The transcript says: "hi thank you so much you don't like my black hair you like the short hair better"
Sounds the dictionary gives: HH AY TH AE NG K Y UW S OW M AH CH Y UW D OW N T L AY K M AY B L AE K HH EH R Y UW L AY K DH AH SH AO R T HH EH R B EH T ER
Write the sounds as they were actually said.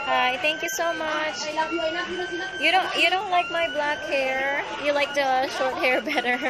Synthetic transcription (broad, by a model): HH AY TH AE NG K Y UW S OW M AH CH Y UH D OW N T L AY K M AY B L AE K HH EH R Y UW L AY K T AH SH AO R T HH EH R B EH T ER